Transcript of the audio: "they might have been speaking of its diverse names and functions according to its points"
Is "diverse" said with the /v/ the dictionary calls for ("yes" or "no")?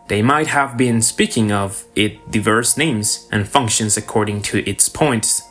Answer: yes